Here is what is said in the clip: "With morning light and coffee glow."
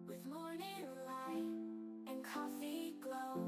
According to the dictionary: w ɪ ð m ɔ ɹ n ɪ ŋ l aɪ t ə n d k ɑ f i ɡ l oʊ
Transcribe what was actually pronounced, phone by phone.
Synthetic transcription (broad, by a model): w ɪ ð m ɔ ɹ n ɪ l aɪ ə n k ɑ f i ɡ l oʊ